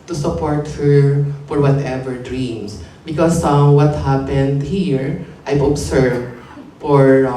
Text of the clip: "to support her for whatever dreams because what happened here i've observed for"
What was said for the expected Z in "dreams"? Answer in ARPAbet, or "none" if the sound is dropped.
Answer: S